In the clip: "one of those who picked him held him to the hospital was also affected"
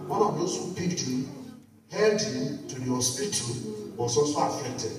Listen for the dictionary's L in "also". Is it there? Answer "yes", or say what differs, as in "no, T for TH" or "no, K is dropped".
no, L is dropped